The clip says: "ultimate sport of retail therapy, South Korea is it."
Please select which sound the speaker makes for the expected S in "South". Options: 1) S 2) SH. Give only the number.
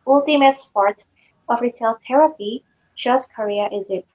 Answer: 2